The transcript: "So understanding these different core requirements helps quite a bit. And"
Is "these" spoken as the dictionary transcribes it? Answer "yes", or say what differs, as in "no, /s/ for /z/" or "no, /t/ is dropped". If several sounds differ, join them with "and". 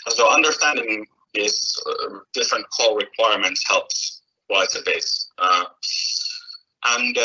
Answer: no, /s/ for /z/